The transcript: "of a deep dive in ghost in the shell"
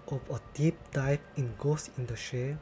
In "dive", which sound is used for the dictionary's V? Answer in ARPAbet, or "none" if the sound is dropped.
P